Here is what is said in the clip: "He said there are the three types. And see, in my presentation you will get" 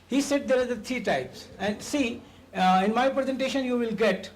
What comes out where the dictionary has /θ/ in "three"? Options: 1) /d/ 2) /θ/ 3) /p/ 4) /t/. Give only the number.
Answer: 4